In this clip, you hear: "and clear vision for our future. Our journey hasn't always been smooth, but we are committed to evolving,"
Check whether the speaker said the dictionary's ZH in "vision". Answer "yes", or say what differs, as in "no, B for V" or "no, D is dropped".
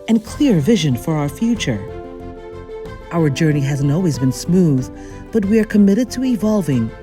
yes